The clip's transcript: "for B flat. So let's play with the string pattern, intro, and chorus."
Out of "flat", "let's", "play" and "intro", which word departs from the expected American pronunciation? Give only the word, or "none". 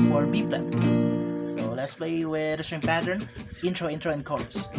flat